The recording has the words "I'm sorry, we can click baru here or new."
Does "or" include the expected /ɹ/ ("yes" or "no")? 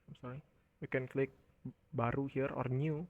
yes